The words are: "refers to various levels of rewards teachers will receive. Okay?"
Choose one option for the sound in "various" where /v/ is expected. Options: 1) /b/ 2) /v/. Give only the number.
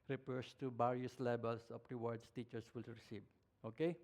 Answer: 1